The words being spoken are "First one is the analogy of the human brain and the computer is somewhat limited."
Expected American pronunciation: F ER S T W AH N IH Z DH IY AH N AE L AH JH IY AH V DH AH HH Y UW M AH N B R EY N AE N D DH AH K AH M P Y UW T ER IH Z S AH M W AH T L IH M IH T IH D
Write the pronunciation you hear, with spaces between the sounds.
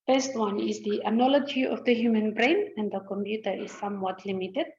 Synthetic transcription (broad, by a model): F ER S T W AH N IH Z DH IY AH N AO L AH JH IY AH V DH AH HH Y UW M AH N B R EY N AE N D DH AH K AH M P Y UW T ER IH Z S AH M W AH T L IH M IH T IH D